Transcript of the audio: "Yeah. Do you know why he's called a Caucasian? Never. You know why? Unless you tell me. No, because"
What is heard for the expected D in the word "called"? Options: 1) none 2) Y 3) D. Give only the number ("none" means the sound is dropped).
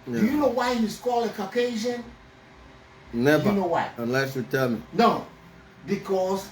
1